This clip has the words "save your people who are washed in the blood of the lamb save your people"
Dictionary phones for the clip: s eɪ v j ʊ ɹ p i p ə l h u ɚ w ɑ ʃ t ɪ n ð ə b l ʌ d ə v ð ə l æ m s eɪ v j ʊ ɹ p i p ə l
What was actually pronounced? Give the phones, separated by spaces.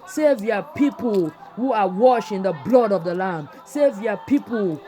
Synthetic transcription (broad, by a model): s eɪ v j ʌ p i p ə l h u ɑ w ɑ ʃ ɪ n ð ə b l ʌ d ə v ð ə l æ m s eɪ v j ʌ p i p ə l